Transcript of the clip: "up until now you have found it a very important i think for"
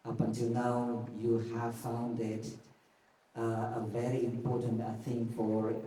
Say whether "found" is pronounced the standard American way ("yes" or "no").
yes